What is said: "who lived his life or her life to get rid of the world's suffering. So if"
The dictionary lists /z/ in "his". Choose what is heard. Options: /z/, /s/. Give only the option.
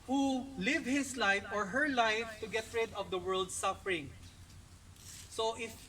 /s/